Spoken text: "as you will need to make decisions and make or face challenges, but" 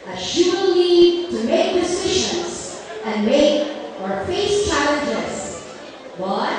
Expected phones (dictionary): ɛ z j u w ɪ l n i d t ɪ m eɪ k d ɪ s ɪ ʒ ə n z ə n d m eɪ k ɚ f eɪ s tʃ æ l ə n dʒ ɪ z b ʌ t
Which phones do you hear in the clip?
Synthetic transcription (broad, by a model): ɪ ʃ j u w ɪ l n i d t ɪ m eɪ k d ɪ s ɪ ʃ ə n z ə n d m eɪ k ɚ f eɪ s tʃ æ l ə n dʒ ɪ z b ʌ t